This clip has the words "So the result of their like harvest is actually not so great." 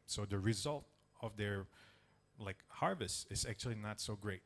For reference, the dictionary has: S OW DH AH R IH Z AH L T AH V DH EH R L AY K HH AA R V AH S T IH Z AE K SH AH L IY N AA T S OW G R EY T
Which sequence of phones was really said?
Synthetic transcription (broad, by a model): S OW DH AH R IH Z AH L T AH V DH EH R L AY K HH AA R V AH S T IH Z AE K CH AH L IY N AA T S OW G R EY T